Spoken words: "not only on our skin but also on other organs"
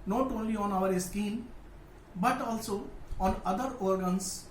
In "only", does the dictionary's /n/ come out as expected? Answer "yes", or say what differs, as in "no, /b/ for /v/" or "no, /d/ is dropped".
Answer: yes